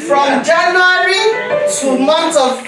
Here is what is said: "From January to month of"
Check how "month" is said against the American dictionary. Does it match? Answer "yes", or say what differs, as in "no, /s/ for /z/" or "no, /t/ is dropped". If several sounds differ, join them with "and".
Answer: no, /t/ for /θ/